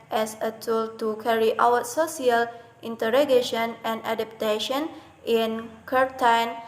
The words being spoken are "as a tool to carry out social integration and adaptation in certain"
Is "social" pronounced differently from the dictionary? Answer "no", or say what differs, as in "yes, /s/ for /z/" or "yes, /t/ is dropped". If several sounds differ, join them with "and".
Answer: yes, /s/ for /ʃ/